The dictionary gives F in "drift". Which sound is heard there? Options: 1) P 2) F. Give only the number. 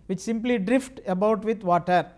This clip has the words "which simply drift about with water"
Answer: 2